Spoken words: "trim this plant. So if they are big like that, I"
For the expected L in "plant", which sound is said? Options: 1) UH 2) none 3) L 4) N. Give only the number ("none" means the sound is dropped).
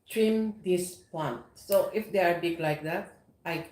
2